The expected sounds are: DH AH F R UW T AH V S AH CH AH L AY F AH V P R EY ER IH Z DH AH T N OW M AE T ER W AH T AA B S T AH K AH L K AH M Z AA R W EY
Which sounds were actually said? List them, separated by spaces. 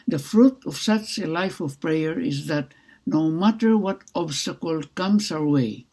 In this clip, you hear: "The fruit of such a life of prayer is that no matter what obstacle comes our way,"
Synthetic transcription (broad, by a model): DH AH F R UW T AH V S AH CH AH L AY F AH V P R EY ER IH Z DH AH T N OW M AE T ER W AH T AA B S T AH K AH L K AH M S AA R W EY